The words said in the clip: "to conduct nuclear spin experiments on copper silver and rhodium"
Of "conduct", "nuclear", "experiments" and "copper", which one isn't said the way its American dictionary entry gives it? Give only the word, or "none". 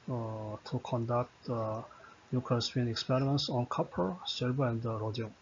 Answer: nuclear